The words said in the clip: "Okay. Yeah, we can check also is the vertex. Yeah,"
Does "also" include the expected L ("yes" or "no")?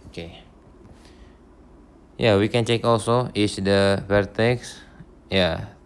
yes